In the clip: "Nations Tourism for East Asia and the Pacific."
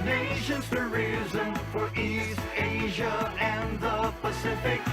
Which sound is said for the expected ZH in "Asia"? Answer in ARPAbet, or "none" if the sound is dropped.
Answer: ZH